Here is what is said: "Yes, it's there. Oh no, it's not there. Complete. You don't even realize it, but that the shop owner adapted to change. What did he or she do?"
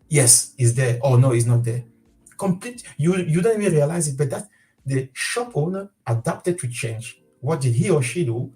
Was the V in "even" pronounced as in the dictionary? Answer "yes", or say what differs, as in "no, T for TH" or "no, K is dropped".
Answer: no, V is dropped